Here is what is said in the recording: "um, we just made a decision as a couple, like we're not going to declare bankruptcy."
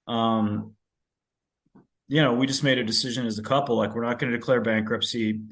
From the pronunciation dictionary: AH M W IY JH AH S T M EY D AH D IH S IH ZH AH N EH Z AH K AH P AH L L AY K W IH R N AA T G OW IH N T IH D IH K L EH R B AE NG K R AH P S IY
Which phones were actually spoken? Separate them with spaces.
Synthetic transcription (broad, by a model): AH M W IY JH AH S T M EY D AH D IH S IH ZH AH N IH Z AH K AH P L L AY K W IH R N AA T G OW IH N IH D IH K L EH R B AE NG K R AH P S IY